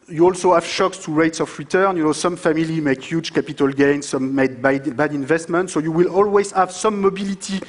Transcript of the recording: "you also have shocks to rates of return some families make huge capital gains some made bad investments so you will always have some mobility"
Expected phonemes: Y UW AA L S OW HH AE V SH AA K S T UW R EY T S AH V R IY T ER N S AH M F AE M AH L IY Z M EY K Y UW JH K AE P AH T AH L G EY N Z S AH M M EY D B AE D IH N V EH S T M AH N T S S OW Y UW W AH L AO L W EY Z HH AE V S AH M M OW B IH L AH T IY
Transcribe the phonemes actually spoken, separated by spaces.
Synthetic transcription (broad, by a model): Y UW AA L S OW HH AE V SH AA K S T UW R EY T S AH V R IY T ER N S AH M F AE M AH L IY M EY K Y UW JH K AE P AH T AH L G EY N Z S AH M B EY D B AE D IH N V EH S T M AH N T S S OW Y UW W AH L AO L W EY Z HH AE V S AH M M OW B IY L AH T IY